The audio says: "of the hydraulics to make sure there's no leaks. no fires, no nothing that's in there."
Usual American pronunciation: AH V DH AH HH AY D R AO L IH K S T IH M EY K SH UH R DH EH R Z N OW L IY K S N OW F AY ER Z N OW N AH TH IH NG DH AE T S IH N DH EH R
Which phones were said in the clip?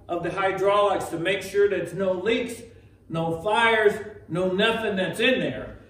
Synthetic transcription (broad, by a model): AH V DH AH HH AY D R AO L IH K S T IH M EY K SH UH R DH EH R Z N OW L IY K S N OW F AY ER Z N OW N AH TH IH NG DH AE T S IH N DH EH R